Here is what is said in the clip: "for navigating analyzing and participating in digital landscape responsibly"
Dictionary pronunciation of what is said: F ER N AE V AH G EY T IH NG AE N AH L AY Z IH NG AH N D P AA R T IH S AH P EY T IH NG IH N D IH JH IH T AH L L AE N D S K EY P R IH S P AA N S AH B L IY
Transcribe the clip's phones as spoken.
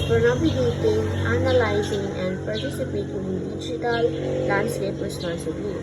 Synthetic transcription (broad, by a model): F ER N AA B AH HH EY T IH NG AE N AH L AY Z IH NG AH N D P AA R T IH S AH P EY T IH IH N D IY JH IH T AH L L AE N D S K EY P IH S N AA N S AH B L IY